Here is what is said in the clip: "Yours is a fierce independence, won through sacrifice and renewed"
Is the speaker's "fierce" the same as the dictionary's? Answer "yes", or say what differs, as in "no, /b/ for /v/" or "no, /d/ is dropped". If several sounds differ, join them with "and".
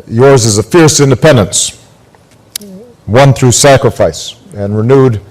yes